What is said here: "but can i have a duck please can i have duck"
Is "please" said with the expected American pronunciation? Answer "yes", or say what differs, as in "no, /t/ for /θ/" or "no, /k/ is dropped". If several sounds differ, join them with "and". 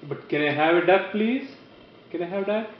yes